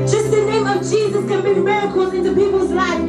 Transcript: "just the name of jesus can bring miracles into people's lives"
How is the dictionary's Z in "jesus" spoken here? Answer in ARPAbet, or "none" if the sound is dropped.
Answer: Z